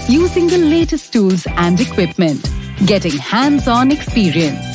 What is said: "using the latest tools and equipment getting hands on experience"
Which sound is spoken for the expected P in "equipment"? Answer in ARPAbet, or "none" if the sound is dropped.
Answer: P